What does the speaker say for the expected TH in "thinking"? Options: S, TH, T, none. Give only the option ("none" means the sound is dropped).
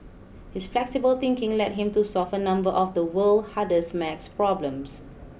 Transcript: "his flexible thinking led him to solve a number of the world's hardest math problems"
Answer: T